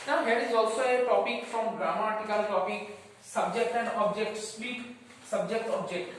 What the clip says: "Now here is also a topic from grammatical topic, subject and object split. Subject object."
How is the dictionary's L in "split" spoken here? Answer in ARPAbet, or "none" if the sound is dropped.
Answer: none